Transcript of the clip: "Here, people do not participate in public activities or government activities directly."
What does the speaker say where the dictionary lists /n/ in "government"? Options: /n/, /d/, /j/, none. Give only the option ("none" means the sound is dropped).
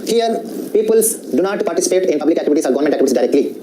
none